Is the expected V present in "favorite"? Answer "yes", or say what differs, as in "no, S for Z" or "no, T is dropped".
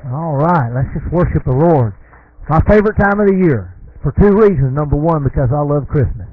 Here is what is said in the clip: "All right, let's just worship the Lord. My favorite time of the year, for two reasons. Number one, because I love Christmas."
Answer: yes